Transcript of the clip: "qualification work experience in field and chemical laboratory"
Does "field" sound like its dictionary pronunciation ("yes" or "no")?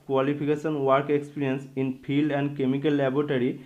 no